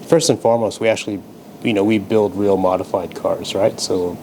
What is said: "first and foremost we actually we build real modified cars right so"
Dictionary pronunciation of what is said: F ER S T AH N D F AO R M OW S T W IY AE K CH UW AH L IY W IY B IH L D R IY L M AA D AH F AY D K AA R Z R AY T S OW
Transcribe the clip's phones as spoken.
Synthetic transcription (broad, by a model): F ER S T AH N F AO R M OW S T W IY AE K CH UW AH N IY W IY B IH L D R IY L M AA D AH F AY D K AA R Z R AY T S OW